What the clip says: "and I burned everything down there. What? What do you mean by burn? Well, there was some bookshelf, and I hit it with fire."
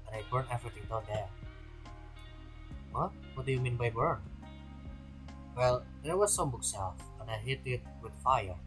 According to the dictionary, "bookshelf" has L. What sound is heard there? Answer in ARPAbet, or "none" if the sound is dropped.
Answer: none